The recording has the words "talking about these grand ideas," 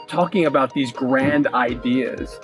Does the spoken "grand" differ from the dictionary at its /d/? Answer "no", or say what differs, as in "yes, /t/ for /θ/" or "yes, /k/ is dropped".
no